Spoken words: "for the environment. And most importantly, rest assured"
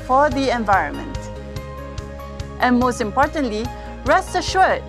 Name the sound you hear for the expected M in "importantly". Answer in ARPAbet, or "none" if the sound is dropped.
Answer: M